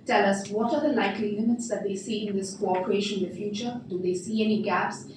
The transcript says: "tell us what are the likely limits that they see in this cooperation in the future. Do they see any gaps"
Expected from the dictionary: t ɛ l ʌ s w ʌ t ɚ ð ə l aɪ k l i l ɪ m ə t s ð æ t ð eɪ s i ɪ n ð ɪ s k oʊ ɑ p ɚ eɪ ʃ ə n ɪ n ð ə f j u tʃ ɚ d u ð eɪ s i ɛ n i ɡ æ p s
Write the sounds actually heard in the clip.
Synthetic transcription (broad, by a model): t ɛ l ʌ s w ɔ t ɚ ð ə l aɪ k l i n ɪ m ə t s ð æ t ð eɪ s i ɪ n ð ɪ s k oʊ ɑ p ɚ eɪ ʃ ə n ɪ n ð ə f j u tʃ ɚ d u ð eɪ s i ɛ n i ɡ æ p s